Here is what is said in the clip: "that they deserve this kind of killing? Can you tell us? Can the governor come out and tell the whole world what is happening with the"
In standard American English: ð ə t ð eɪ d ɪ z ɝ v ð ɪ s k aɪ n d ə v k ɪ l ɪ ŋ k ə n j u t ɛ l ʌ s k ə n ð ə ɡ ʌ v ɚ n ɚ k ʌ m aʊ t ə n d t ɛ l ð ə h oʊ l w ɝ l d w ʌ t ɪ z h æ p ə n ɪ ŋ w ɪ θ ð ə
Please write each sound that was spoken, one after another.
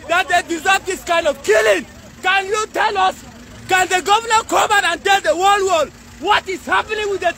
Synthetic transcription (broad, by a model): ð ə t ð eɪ d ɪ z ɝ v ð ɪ s k aɪ n d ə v k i l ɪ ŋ k ə n j u t ɛ l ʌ s k ə n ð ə ɡ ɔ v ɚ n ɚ k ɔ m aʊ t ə n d t ɛ l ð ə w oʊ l w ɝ d w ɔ t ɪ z h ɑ p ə n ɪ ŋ w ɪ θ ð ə